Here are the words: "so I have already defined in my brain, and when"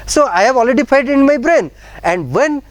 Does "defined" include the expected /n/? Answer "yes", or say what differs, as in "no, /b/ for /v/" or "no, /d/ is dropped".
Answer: no, /n/ is dropped